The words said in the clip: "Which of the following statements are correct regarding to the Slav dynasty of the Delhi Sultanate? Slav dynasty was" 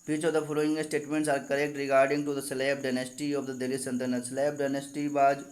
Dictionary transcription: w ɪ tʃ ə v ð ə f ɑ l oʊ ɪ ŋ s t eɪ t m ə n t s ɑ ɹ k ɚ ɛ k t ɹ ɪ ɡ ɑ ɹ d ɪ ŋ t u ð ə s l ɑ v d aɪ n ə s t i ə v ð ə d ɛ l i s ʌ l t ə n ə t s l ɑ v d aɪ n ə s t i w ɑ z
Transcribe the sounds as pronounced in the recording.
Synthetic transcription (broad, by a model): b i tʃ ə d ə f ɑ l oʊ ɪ ŋ s t eɪ t m ə n t s ɑ ɹ k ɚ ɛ k t ɹ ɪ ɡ ɑ ɹ d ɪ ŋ t u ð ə s l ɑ p d aɪ n ə s t i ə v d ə d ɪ l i s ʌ n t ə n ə s l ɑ p d aɪ n ə s t i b ɑ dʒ